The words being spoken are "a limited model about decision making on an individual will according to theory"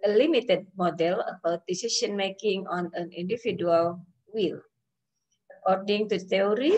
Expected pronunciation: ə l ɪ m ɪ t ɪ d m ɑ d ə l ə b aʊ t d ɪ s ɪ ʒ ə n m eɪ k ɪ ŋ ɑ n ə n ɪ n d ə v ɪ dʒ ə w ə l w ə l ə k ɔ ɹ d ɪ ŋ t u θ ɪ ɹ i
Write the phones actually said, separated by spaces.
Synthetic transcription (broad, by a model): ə l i m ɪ t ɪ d m ɑ d ə l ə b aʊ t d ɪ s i s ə n m eɪ k ɪ ŋ ɑ n ə n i n d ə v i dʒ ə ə l w ə l ə k ɔ ɹ d ɪ ŋ t u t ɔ ɹ i